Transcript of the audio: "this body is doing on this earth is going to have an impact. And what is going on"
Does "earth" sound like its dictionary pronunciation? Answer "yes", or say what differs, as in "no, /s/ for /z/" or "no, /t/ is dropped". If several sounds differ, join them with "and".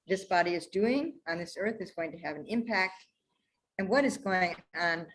yes